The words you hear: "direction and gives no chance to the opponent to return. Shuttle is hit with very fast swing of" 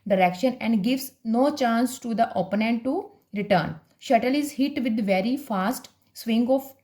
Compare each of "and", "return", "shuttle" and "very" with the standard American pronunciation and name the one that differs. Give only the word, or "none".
none